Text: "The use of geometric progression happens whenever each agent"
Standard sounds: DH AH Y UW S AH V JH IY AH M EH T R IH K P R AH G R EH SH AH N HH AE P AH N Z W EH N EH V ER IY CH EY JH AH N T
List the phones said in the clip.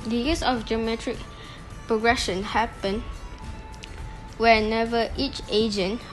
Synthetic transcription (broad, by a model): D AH Y UW S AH F JH IY AH M EH T R IH K P R AH G R EH SH AH N HH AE P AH N W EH N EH V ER IY CH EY JH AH N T